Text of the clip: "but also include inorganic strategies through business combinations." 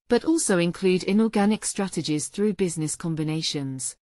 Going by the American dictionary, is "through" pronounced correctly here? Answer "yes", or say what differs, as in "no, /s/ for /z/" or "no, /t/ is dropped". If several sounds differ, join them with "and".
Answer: yes